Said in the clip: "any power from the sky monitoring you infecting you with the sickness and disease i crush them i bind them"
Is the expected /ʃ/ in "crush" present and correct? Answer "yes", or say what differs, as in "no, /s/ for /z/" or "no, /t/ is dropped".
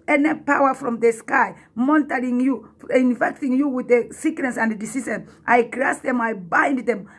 no, /s/ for /ʃ/